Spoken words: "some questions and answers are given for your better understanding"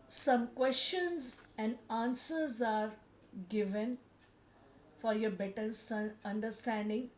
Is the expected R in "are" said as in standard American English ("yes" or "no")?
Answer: yes